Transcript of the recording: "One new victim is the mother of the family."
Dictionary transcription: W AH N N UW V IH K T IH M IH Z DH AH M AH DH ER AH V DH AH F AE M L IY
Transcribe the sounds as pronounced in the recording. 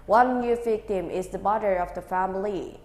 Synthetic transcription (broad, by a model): W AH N N UW V IH K T IH M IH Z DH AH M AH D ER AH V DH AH F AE M L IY